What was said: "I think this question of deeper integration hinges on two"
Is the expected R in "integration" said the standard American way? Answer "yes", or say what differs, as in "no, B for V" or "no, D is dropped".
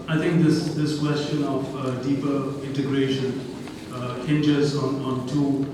yes